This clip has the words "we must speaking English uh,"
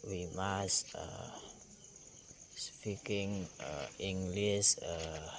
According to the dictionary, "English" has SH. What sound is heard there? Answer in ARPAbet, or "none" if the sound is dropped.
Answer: S